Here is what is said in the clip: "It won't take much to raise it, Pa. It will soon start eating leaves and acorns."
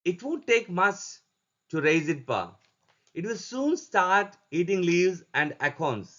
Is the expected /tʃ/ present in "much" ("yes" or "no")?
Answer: no